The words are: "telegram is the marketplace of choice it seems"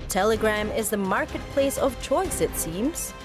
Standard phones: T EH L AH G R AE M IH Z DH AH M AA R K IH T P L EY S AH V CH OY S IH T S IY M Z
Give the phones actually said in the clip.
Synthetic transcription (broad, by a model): T EH L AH G R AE M IH Z DH AH M AA R K IH T P L EY S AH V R OY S IH T S IY M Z